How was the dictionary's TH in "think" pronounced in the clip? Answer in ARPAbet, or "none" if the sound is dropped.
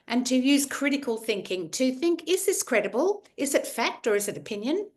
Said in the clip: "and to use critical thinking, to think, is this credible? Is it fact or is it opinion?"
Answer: TH